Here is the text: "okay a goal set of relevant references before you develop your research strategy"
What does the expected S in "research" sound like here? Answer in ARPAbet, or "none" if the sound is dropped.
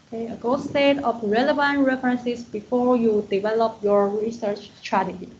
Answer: S